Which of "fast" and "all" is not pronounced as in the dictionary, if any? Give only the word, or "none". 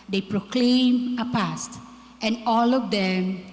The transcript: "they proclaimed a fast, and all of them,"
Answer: fast